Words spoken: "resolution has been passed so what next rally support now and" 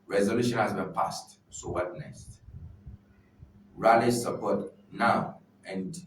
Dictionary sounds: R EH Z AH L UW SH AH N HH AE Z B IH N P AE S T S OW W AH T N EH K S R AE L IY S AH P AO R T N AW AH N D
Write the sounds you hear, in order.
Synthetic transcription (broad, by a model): R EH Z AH L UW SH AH N HH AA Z B IH N P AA S T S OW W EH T N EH S R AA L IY S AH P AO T N AW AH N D